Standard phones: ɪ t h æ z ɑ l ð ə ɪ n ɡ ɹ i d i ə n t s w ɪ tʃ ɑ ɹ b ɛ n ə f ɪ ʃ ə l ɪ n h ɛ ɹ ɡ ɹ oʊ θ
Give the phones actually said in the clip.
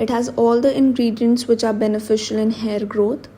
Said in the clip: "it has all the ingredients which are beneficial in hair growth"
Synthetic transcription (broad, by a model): ɪ t h æ z ɑ l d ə ɪ n ɡ ɹ i d i ə n t s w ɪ tʃ ɑ ɹ b ɛ n ə f ɪ ʃ ə l ɪ n h ɛ ɹ ɡ ɹ oʊ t